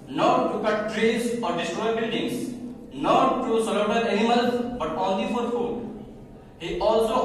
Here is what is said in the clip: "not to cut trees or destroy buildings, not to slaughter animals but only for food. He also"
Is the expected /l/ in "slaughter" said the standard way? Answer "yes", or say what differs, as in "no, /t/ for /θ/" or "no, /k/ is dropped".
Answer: no, /l/ is dropped